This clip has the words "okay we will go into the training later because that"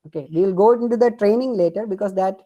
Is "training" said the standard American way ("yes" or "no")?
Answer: yes